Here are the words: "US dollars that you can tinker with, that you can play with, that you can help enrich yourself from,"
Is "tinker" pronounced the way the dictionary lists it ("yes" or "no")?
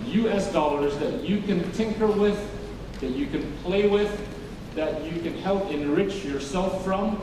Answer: yes